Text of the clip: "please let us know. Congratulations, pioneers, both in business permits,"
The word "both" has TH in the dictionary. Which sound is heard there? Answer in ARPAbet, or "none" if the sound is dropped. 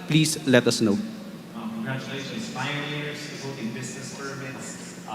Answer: T